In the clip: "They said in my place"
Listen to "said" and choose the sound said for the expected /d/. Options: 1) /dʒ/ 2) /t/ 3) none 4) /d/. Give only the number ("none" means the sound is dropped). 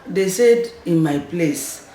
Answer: 4